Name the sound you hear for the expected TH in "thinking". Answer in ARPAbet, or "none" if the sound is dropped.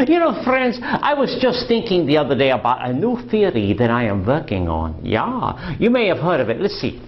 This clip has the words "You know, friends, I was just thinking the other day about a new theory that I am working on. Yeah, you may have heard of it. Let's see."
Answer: TH